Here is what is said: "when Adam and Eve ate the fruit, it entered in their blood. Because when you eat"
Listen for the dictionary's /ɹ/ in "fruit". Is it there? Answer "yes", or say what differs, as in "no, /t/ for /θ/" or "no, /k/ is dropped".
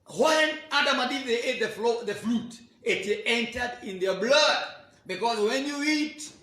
no, /l/ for /ɹ/